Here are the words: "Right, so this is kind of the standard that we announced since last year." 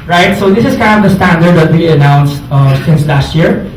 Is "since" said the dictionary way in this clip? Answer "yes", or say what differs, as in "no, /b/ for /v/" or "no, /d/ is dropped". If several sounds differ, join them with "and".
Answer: yes